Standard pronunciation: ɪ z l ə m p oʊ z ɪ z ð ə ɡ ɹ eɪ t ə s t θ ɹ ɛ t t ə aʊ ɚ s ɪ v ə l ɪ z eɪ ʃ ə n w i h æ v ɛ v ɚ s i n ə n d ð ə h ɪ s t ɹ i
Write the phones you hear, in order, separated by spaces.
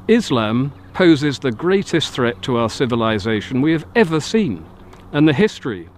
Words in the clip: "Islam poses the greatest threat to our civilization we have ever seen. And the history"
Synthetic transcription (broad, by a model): ɪ z l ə m p oʊ z ɪ z ð ə ɡ ɹ eɪ t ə s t θ ɹ ɛ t t ə aʊ ɚ s ɪ v ə l ɪ z eɪ ʃ ə n w i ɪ v ɛ v ɚ s i n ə n ð ə h ɪ s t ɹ i